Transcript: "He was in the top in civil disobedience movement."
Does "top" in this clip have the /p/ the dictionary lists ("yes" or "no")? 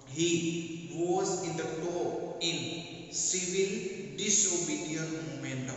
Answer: no